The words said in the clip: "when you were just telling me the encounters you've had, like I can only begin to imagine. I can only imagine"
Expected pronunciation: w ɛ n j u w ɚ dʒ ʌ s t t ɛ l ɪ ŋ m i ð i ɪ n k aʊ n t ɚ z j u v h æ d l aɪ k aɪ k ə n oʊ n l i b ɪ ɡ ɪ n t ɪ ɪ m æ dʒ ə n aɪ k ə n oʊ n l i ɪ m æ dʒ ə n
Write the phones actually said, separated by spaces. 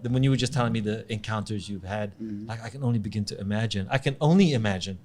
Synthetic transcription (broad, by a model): w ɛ n j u w ɚ dʒ ʌ s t t ɛ l ɪ ŋ m i ð i ɪ n k aʊ n t ɚ z j u v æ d l aɪ k aɪ k ə n oʊ n l i b ɪ ɡ ɪ n t ɪ ɪ m æ dʒ ə n aɪ k ə n oʊ n l i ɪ m æ dʒ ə n